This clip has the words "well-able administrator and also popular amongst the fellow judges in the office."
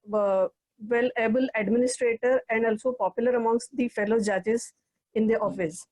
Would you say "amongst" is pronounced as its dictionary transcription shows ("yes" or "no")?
yes